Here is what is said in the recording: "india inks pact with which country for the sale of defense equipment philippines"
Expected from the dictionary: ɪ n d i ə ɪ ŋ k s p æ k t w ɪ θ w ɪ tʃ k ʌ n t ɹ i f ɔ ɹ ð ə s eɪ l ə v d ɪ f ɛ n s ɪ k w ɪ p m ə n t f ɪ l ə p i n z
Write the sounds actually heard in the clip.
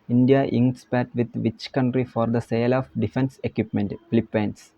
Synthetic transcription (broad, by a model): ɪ n d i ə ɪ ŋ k s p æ t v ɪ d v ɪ tʃ k ʌ n t ɹ i f ɔ ɹ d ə s eɪ l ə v d ɪ f ɛ n s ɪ k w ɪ p m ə n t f l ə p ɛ n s